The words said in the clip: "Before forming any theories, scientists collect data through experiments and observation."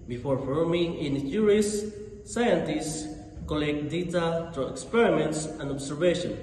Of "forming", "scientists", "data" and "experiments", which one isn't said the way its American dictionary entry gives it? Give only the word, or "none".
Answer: none